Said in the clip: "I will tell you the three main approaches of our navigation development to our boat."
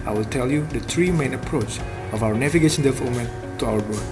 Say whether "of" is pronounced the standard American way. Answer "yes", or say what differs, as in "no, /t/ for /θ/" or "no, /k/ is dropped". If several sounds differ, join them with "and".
no, /w/ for /v/